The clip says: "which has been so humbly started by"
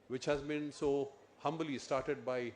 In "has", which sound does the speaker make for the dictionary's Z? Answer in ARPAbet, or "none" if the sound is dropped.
Z